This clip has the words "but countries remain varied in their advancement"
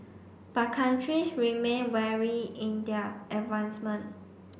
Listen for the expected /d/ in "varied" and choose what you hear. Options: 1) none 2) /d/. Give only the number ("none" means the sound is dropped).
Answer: 1